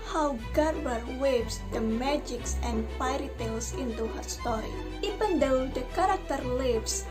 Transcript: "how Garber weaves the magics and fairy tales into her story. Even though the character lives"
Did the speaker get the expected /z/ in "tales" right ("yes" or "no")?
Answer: no